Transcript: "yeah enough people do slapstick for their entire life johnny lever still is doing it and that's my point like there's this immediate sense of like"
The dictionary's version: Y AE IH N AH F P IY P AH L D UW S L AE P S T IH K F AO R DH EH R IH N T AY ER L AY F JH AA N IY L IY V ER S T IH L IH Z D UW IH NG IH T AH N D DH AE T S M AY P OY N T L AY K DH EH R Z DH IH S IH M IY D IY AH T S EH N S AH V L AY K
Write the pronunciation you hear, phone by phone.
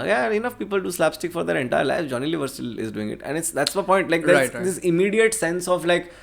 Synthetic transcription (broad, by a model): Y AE IH N AH F P IY P AH L D UW S L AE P S T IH K F AO R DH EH R IH N T AY ER L AY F JH AA N IY L IY V ER S T IH L IH Z D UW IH NG IH T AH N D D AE T S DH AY P OY N T L AY K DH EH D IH S IH M IY D IY AH T S EH N S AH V L AY K